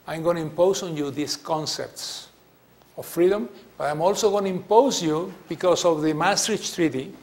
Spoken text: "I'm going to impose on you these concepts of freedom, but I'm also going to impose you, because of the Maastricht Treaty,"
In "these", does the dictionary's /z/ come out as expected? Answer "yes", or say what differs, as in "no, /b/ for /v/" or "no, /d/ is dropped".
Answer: no, /s/ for /z/